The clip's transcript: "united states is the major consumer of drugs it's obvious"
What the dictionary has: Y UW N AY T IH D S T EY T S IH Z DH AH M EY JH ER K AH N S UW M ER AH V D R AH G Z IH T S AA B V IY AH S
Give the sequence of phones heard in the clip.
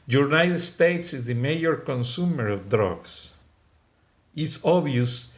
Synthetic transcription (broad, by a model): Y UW N AY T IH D S T EY T S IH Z DH AH M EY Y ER K AH N S UW M ER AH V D R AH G S IH T S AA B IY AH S